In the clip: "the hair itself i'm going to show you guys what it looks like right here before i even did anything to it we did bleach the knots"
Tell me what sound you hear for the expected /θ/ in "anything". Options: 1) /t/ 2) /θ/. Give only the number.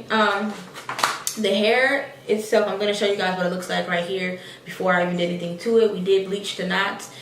2